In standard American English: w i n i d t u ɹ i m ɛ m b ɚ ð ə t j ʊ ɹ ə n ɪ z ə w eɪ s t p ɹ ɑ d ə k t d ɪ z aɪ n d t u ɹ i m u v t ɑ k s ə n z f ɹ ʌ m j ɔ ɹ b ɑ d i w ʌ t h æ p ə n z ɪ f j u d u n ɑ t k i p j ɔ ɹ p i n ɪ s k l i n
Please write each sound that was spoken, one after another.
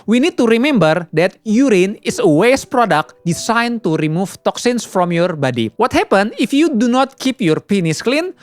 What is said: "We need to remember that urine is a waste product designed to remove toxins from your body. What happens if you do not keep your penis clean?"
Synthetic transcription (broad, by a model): w i n i d t u ɹ i m ɛ m b ɚ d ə t j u ɹ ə n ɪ s ə w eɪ s p ɹ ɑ d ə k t d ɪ s aɪ n t u ɹ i m u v t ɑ k s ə n s f ɹ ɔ m j ɔ ɹ b ɑ d i w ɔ t h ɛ p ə n ɪ f j u d u n ɑ t k i p j ɔ ɹ p i n ɪ s k l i n